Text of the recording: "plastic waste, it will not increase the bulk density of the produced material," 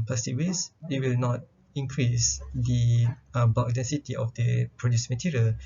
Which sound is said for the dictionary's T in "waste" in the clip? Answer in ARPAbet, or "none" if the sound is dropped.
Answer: none